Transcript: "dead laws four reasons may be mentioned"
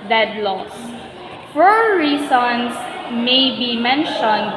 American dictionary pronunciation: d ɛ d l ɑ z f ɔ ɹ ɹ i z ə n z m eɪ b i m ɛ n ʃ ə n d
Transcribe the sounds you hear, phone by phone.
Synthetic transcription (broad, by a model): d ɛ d l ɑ s f ɔ ɹ ɹ i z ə n s m eɪ b i m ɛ n ʃ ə n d